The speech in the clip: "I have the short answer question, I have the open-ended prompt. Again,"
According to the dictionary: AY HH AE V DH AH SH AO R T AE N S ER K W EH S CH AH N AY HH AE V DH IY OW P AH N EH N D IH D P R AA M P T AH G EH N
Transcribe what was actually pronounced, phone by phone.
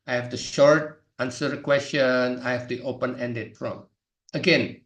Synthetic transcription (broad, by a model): AY HH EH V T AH SH AO R T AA N S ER K W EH S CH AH N AY HH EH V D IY OW P AH N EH N D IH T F R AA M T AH G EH N